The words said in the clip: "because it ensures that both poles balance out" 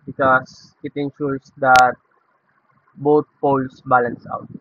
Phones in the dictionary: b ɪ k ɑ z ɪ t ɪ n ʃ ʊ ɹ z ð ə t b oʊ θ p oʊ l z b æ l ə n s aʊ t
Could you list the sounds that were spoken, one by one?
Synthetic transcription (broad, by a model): b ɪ k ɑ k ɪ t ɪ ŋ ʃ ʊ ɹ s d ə t b oʊ t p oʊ l s b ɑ l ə n s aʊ t